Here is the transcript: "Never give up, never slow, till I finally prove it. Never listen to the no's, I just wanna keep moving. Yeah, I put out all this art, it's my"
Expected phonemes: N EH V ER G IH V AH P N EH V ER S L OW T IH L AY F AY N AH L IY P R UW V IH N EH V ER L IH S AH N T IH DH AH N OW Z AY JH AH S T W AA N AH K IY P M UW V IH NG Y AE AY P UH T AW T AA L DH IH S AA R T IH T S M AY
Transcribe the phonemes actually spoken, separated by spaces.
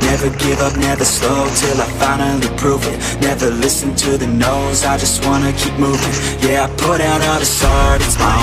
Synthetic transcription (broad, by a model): N EH V ER G IH V AH P N EH V ER S OW T IH L AY F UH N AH IY P R UW V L N EH V ER L IH S AH N T IH DH AH N OW Z AY JH AH S T W AA N AH K IY P M UW V IH NG Y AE AY P UH T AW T DH IH S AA R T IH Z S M AY